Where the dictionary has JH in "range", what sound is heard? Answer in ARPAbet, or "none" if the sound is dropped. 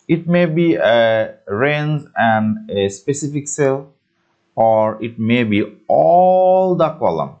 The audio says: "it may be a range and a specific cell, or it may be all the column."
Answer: Z